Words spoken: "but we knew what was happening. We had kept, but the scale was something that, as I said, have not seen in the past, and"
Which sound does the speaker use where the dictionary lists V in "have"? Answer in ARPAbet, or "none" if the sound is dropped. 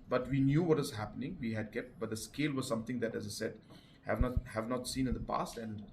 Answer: V